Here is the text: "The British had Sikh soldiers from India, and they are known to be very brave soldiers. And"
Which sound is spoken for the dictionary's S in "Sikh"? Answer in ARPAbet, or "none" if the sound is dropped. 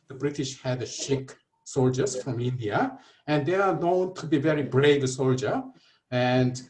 SH